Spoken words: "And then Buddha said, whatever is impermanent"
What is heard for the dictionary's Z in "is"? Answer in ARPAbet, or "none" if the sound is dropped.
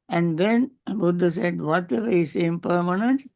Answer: S